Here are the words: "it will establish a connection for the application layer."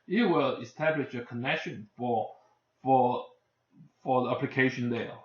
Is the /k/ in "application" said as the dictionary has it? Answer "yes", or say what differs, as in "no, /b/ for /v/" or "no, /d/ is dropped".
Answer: yes